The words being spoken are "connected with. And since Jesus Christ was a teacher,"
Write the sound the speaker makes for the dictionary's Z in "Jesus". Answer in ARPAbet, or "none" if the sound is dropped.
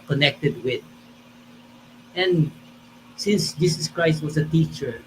S